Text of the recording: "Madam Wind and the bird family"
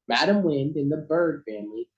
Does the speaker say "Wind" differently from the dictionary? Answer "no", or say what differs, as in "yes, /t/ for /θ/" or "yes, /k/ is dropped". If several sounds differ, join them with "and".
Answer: no